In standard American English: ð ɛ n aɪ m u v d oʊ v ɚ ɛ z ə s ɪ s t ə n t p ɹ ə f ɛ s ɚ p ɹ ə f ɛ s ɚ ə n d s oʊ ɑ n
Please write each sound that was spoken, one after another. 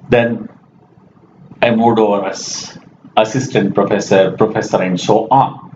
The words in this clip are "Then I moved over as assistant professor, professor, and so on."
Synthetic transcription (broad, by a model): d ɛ n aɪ m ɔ d oʊ v ɚ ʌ s ə s ɪ s t ə n t p ɹ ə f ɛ s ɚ p ɹ ə f ɛ s ɚ ə n d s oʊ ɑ